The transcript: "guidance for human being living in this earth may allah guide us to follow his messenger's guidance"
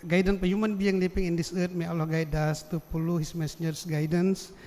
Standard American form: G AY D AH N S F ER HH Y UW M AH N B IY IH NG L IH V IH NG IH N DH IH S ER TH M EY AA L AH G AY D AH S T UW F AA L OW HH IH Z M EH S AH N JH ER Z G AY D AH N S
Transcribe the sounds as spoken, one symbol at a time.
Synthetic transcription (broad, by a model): G AY D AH N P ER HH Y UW M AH N B IY IH NG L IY P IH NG IH N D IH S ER T M EY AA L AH G AY D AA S T UW P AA L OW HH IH S M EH S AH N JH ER S G AY D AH N S